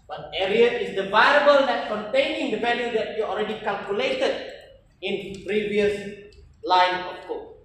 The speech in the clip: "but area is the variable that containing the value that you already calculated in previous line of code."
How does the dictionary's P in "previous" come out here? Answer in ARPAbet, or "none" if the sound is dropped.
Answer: P